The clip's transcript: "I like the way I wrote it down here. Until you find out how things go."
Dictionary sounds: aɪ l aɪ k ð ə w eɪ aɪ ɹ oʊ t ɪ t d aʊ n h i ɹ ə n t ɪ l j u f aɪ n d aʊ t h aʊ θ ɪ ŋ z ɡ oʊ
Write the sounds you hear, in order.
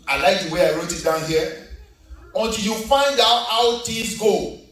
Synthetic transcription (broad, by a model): aɪ l aɪ k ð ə w eɪ aɪ ɹ oʊ t ɪ t d aʊ n h i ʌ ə n t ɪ l j u f aɪ n d aʊ t h aʊ t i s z ɡ oʊ